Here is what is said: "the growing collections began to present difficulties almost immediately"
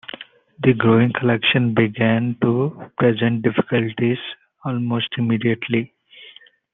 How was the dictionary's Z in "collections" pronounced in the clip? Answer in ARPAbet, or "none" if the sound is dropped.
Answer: none